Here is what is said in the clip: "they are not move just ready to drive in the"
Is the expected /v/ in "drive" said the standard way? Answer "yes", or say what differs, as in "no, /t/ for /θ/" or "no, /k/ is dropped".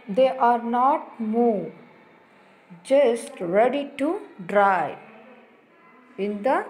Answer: no, /v/ is dropped